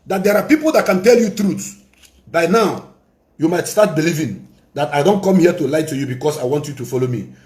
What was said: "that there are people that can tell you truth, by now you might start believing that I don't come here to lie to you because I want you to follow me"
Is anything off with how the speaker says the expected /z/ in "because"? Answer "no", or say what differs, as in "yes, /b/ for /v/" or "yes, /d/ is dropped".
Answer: yes, /s/ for /z/